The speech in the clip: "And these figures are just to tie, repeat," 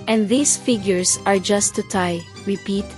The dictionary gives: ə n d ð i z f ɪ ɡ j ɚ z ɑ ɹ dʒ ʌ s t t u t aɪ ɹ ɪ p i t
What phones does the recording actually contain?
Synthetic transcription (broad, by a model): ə n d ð i s f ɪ ɡ j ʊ s ɑ ɹ dʒ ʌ s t t u t aɪ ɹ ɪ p i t